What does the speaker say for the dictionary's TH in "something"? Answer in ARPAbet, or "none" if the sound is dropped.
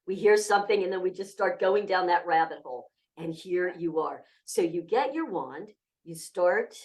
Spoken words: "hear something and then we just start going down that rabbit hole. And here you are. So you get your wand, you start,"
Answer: TH